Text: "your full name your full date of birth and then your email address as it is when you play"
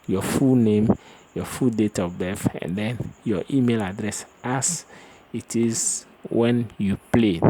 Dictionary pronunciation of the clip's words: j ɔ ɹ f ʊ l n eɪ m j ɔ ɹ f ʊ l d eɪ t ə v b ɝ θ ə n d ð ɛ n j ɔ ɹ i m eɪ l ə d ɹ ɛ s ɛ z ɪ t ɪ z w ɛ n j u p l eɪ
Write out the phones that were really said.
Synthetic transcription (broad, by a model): j ɔ f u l n eɪ m j ɔ f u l d eɪ t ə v b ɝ f ə n d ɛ n j ɔ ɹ i m eɪ l ə d ɹ ɛ s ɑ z ɪ t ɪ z w ɛ n j u p l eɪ